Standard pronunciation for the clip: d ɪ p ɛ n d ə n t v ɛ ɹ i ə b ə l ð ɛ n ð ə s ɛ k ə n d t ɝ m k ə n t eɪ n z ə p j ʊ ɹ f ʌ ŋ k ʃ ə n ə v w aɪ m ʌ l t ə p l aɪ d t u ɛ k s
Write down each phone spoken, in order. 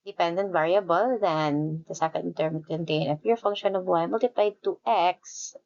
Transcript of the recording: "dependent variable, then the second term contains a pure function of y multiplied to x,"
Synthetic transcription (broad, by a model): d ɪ p ɛ n d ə n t v ɛ ɹ i ə b ə l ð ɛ n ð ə s ɛ k ə n d t ɝ m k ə n t eɪ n ə f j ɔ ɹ f ʌ ŋ k ʃ ə n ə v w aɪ m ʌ l t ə p l aɪ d t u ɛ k s